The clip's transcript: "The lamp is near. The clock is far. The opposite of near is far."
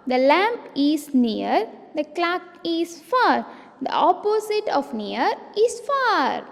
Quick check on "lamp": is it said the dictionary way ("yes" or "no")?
yes